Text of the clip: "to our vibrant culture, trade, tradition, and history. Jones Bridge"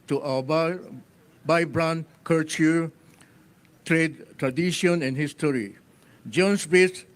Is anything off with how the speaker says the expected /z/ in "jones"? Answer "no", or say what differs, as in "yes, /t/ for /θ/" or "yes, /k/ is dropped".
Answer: yes, /s/ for /z/